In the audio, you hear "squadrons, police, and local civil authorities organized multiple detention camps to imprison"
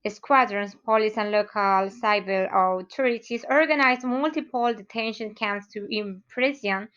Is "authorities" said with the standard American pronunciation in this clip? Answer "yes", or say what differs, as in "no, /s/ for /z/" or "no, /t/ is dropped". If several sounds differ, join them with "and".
no, /t/ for /θ/